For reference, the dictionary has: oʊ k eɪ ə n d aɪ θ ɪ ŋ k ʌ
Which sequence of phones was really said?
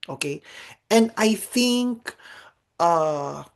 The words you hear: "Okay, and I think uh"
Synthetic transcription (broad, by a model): oʊ k eɪ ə n aɪ θ ɪ ŋ k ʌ